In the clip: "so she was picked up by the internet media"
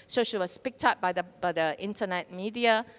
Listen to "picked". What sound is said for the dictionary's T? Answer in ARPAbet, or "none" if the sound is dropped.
T